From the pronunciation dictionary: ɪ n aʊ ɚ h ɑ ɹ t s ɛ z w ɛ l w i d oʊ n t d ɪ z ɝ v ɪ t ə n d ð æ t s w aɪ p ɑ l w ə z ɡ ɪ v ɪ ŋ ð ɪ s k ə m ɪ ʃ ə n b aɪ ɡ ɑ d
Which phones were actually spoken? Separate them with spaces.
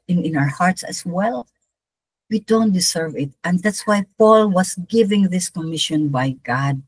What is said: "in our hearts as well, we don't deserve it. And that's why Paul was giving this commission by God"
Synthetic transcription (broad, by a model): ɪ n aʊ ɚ h ɑ ɹ t s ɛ s w ɛ l w i d oʊ n t d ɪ s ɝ v ɪ t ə n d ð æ t s w aɪ p ɑ l w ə s ɡ ɪ v ɪ ŋ ð ɪ s k ə m ɪ ʃ ə n b aɪ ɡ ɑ d